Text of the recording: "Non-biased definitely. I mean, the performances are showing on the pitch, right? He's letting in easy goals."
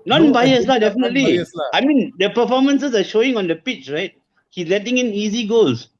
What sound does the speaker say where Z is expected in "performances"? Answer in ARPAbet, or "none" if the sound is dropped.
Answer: S